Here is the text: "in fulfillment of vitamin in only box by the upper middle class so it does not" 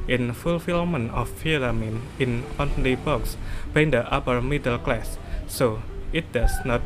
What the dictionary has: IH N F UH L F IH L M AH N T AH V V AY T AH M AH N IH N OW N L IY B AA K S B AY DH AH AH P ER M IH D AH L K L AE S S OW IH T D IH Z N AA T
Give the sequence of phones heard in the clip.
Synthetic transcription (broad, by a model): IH N F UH L F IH L M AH N AH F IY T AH M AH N IH N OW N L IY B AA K S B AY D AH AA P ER M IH D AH L K L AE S S OW IH T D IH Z N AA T